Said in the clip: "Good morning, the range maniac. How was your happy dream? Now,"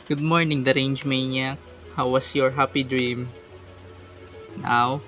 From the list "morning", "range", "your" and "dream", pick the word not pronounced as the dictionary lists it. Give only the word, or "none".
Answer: none